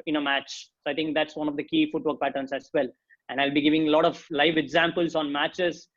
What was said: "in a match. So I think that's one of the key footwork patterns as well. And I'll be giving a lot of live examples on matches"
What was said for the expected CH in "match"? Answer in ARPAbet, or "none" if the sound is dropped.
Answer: CH